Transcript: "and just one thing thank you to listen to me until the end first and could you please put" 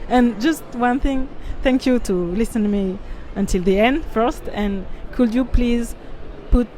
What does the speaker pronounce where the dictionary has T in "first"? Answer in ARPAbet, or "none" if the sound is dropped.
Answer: T